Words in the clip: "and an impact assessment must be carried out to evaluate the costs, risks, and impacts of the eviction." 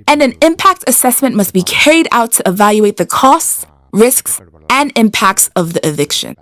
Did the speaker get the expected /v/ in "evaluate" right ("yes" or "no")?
yes